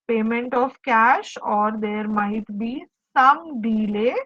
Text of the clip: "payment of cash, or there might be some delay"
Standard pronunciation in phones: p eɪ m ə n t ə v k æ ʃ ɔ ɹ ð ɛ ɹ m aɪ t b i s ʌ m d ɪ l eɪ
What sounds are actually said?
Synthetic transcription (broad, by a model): p eɪ m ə n t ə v k æ ʃ ɔ ɹ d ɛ ɹ m aɪ t b i s ʌ m d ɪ l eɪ